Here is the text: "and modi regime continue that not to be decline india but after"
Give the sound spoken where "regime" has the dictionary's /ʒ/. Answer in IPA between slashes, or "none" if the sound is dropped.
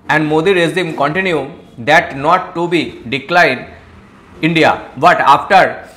/z/